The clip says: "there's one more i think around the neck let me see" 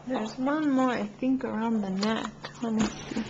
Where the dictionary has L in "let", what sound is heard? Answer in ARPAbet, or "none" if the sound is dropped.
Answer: N